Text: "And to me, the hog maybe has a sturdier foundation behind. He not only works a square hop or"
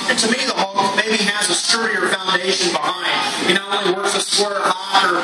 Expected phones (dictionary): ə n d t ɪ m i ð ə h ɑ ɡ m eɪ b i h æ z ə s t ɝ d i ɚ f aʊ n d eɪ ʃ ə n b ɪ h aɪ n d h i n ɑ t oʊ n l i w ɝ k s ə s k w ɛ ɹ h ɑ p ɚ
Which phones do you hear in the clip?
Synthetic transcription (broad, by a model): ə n t ɪ m i ð ə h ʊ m m eɪ b i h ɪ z ə s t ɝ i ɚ f aʊ n d eɪ ʃ ə n b ɪ h aɪ n d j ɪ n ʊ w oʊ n i w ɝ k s ə s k w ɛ ɹ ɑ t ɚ